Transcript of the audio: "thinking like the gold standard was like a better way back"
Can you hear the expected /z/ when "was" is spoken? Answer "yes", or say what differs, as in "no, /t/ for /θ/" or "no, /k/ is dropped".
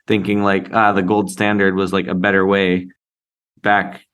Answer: yes